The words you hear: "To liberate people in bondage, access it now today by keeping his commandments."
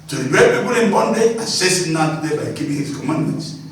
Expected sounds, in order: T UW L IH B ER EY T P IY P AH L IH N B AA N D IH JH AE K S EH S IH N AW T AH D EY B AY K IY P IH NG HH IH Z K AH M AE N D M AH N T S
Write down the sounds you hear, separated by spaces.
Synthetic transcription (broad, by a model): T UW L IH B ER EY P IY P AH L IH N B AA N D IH AA S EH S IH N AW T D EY B AY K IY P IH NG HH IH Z K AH M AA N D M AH N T S